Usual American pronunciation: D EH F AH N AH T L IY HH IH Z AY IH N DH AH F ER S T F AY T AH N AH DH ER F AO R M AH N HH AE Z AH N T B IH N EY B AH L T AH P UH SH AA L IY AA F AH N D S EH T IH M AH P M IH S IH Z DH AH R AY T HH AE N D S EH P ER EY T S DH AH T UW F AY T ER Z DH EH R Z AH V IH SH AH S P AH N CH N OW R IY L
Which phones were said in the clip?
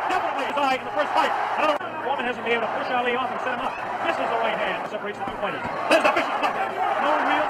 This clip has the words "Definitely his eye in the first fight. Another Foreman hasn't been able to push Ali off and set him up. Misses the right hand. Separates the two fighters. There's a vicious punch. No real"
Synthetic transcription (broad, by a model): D EH F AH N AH T L IY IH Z AY IH N DH AH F ER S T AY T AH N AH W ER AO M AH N HH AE Z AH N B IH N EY AH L T AH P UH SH AA L IY AA F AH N S EH T IH M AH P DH IH S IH Z DH AH R AY T HH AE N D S EH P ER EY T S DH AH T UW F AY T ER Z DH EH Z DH AH F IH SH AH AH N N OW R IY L